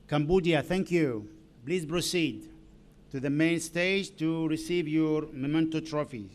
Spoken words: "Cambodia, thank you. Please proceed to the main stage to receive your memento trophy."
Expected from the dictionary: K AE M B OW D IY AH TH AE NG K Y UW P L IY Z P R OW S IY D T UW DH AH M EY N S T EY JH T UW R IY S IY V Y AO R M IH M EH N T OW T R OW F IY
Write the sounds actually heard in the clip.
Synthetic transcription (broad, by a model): K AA M B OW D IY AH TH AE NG K Y UW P L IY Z P R OW S IY D T UW DH AH M EY N S T EY JH T UW R IY S IY V Y AO R M IH M EH N T OW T R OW F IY